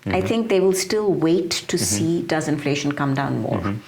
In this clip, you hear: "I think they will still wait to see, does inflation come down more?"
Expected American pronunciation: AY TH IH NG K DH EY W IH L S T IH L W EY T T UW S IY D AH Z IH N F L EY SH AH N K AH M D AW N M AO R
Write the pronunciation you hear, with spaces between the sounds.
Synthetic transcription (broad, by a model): AY T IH NG K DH EY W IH L S T IH L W EY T T UW S IY D AH Z IH N F L EY SH AH N K AH M D AW N M AO R